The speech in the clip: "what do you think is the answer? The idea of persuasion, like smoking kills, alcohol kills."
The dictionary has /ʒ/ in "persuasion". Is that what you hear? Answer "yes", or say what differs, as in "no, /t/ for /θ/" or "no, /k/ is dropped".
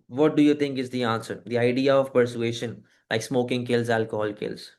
no, /ʃ/ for /ʒ/